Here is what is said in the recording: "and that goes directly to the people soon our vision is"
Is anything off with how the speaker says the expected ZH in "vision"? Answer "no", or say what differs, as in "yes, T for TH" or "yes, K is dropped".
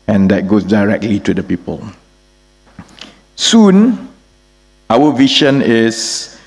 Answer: yes, SH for ZH